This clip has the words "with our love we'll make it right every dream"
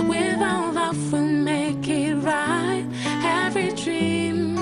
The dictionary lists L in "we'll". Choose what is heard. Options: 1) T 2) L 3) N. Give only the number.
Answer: 3